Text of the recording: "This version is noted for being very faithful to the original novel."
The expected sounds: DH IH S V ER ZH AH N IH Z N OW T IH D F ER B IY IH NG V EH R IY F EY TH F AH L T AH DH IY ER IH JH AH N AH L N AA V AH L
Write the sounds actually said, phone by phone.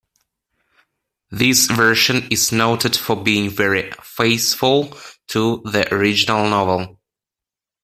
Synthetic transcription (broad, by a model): DH IH S V ER SH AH N IH Z N OW T IH D F ER B IY IH NG V EH R IY F EY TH F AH L T AH DH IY ER IH JH AH N AH L N AA V AH L